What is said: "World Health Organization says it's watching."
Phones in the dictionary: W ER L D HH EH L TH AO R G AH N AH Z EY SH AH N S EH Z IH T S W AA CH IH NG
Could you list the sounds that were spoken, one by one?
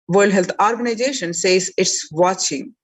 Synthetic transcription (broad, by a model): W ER L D HH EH L T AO R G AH N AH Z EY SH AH N S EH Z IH T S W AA CH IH NG